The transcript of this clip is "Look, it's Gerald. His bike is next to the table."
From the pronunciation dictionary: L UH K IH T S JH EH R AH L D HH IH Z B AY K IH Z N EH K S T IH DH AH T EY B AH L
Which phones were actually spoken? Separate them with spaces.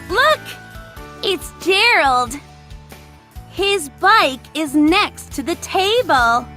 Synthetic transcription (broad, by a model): L UH K IH T S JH EH R L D HH IH Z B AY K IH Z N EH K S T IH DH AH T EY B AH L